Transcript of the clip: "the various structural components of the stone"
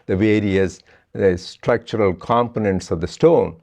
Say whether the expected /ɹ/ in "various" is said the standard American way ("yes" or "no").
yes